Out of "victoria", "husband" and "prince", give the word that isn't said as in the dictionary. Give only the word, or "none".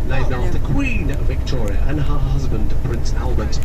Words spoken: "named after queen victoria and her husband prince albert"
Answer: none